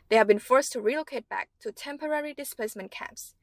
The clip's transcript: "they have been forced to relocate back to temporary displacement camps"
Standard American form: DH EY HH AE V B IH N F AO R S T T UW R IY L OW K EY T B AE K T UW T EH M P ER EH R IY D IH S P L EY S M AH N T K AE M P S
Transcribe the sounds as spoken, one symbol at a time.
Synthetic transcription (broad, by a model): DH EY HH AE V B IH N F AO R S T T UW R IY L OW K EY T B AE K T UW T EH M P ER EH R IY D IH S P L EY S M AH N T K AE M P S